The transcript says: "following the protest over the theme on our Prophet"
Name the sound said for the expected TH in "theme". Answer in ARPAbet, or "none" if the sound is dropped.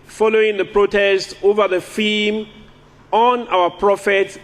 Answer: F